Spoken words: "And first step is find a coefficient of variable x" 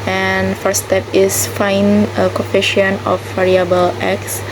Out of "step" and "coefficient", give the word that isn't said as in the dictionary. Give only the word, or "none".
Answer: coefficient